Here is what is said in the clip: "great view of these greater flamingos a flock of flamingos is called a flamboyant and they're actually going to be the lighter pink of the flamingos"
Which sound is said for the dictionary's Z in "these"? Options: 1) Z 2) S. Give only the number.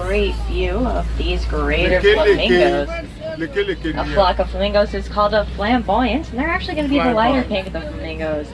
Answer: 1